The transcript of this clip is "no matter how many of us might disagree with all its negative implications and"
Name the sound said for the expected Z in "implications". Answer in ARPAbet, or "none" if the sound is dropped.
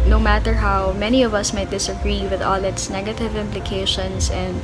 S